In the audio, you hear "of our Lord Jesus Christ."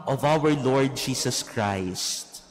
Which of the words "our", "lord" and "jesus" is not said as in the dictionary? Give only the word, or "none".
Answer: jesus